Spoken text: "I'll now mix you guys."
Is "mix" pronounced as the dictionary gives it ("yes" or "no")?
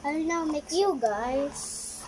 no